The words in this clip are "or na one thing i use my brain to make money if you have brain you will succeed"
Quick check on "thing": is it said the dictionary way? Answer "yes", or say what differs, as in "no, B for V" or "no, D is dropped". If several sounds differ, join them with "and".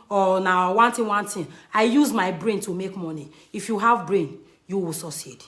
no, T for TH